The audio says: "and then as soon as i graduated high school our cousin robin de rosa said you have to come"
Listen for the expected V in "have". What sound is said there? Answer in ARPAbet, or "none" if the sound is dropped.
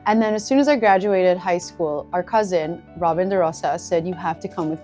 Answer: F